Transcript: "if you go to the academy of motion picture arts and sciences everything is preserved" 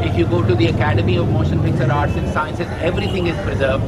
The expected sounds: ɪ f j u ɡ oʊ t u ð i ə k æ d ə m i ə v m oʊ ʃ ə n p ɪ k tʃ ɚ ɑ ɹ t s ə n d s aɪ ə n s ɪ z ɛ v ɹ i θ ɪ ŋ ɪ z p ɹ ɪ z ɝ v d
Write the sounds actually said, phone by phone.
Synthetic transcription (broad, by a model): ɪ f j u ɡ oʊ t u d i ə k æ d ə m i ə v m oʊ ʃ ə n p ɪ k s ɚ ɑ ɹ t s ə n s aɪ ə n s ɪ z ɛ v ɹ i t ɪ ŋ ɪ z p ɹ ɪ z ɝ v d